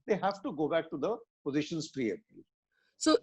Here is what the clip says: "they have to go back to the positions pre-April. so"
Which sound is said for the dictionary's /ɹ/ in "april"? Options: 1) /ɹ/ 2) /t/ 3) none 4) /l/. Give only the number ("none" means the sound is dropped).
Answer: 3